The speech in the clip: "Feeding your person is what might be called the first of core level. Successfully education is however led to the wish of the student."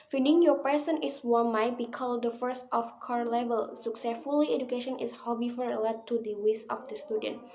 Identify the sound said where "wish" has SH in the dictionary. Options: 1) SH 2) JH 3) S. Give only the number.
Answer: 3